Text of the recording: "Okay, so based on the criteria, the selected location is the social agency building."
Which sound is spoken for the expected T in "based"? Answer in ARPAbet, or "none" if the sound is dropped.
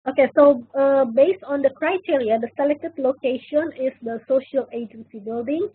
T